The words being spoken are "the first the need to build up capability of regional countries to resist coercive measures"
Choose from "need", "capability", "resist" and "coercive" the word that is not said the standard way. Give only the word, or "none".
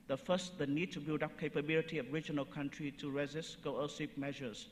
coercive